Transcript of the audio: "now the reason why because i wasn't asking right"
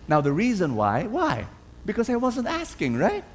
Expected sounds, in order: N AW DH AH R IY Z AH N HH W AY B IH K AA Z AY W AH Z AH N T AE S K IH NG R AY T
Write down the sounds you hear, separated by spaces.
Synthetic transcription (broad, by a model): N AW DH AH R IY Z AH N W W AY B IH K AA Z AY W AH Z AH N T AE S K IH NG R AY T